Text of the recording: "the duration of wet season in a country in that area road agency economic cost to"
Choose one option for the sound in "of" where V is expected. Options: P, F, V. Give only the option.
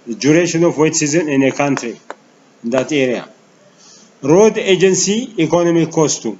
F